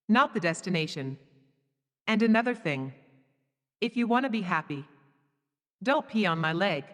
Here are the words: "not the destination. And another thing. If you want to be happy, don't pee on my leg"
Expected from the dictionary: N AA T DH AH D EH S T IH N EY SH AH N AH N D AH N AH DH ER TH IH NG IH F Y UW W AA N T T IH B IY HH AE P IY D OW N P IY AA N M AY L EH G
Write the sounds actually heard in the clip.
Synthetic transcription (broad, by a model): N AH T DH AH D EH S T IH N EY SH AH N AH N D AH N AH DH ER TH IH NG IH F Y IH W AA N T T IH B IY HH AE P IY D OW N P IY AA N M AY L EH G